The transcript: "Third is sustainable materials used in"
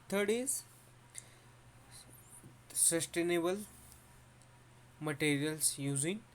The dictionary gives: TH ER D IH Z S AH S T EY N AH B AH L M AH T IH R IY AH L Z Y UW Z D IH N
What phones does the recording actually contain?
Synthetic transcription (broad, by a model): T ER D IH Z S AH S T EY N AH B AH L M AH T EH R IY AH L S Y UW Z IH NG